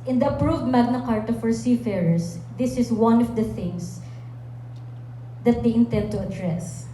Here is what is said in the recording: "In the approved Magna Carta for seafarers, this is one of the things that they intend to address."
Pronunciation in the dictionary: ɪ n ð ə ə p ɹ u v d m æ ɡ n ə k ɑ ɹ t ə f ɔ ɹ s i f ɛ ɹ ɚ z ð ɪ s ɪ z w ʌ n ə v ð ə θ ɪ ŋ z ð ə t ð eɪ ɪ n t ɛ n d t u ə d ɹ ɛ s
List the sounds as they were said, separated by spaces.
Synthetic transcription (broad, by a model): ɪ n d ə ə p ɹ u v d m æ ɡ n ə k ɑ ɹ t ə f ɔ ɹ s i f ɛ ɹ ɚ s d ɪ s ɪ s w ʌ n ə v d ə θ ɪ ŋ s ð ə t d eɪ ɪ n t ɛ n d t u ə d ɹ ɛ s